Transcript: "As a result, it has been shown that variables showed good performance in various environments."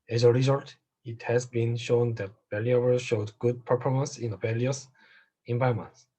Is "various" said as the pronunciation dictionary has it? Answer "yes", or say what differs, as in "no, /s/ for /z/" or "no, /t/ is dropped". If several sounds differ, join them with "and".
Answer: no, /l/ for /ɹ/